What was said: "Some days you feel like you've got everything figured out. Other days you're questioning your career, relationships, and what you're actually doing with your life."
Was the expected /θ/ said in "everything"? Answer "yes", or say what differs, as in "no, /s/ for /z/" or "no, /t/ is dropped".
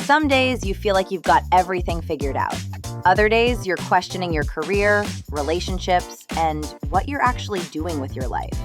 yes